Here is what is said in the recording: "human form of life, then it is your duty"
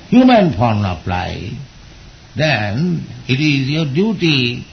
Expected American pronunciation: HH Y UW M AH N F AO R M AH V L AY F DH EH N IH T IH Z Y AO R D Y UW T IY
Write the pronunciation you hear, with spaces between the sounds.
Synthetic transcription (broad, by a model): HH Y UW M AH N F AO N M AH P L AY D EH N IH T IH Z Y AO R D Y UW T IY